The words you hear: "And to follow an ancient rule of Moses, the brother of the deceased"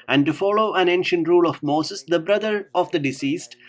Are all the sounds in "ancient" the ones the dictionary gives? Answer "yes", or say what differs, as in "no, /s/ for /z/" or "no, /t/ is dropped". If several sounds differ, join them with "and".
yes